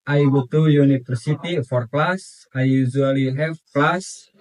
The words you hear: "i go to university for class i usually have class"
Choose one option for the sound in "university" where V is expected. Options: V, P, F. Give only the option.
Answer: F